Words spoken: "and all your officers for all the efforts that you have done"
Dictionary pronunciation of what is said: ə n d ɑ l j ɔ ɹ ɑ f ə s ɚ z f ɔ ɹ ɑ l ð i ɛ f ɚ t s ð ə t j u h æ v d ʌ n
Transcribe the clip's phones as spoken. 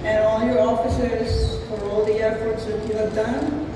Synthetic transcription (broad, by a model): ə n ɑ l j ɔ ɹ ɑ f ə s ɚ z f ɔ ɹ ɑ l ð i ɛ p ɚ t s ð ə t j u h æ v d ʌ n